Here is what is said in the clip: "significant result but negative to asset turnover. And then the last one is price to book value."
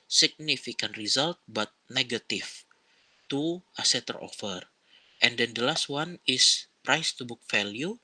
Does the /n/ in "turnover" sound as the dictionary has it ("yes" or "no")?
no